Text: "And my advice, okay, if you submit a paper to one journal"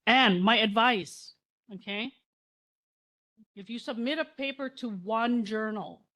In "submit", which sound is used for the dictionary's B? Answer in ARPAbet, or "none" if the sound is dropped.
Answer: B